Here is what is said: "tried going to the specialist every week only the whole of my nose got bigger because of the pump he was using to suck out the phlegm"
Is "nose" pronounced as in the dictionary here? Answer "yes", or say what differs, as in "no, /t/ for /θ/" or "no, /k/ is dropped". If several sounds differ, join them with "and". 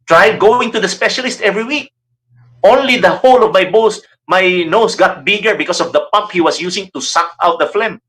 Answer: no, /s/ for /z/